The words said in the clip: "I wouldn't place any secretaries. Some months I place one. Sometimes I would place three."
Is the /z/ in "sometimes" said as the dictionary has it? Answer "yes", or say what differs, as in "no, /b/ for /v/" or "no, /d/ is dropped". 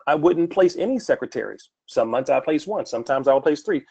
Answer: yes